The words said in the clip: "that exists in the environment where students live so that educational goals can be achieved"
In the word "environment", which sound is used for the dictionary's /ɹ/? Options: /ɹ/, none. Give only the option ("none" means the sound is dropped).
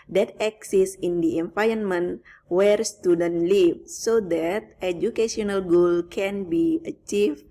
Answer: none